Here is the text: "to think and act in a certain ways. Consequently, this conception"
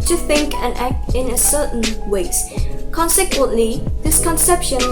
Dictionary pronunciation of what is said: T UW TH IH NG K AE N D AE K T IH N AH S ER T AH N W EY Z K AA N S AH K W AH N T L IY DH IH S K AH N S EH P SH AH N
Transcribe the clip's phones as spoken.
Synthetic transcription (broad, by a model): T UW TH IH NG K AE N AE K T IH N AH S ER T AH N W EY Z K AA N S AH K W AH N T L IY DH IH S K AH N S EH P SH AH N